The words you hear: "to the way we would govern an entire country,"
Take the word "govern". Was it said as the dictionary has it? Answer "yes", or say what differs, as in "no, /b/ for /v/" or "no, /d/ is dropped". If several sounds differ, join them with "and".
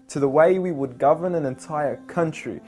yes